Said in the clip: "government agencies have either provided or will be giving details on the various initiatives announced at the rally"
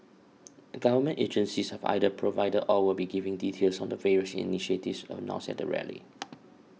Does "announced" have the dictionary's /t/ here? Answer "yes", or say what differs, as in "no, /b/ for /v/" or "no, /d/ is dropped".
no, /t/ is dropped